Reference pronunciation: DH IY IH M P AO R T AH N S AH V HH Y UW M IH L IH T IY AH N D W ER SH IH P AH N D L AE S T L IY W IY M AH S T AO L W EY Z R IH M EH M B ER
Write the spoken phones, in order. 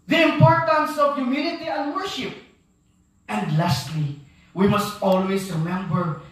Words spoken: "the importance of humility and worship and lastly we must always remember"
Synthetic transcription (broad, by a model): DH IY IH M P AO R T AH N S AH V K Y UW M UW N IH T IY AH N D W ER SH IH P AH N D L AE S T L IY W IY M AH S T AO L W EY S R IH M EH M B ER